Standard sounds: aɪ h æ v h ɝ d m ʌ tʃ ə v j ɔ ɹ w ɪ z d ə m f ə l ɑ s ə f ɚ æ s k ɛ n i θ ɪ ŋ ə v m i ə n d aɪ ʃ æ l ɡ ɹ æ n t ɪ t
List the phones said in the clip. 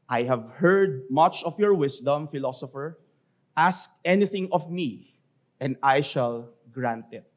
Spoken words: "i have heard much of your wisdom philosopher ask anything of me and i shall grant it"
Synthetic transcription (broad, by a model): aɪ h æ v h ɝ d m ʌ tʃ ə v j ɔ ɹ w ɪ s d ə m f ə l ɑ s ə f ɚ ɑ s k ɛ n i θ ɪ ŋ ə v m i ə n d aɪ ʃ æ l ɡ ɹ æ n t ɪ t